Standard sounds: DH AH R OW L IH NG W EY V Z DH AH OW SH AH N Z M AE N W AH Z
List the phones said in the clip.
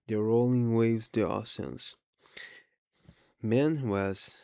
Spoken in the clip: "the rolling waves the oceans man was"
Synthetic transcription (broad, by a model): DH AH R OW L IH NG W EY V Z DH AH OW S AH N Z M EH N W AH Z